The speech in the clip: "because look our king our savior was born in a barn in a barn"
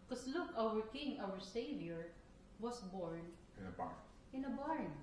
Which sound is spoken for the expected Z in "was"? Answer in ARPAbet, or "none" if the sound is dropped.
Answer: S